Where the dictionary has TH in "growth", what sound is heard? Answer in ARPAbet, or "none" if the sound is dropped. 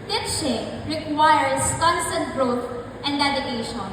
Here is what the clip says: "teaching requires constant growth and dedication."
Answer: T